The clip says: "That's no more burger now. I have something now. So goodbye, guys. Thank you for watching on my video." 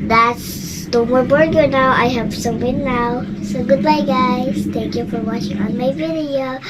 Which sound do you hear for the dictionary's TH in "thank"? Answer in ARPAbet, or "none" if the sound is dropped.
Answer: T